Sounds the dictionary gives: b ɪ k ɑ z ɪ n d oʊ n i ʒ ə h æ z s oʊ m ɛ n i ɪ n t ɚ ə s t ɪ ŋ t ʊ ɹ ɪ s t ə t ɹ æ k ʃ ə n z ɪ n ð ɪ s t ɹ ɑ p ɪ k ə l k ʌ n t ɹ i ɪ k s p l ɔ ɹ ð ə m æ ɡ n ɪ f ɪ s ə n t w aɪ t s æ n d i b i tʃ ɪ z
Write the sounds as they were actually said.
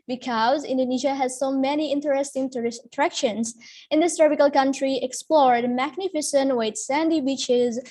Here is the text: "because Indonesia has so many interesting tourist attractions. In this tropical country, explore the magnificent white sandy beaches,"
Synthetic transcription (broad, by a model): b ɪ k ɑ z ɪ n d oʊ n i ʒ ə h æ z s oʊ m ɛ n i ɪ n t ɚ ə s t ɪ ŋ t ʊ ɹ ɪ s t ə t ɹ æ k ʃ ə n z ɪ n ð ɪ s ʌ ɹ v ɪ k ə l k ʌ n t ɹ i ɪ k s p l ɔ ɹ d m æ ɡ n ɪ f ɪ s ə n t w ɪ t s æ n d i b i tʃ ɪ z